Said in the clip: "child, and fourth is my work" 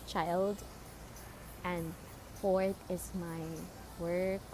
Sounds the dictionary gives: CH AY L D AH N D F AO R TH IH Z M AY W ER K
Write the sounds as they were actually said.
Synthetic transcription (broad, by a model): CH AY L D AH N D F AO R T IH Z M AY W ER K